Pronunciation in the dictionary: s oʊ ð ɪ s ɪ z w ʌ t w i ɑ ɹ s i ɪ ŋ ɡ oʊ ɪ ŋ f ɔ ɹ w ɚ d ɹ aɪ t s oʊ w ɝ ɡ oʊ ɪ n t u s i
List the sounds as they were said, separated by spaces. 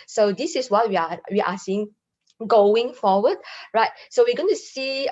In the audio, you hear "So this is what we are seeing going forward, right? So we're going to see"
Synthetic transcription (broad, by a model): s oʊ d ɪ s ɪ s w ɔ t w i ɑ w s i ɪ ŋ ɡ oʊ ɪ ŋ f ɔ w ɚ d ɹ aɪ t s oʊ w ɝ ɡ oʊ ɪ n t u s i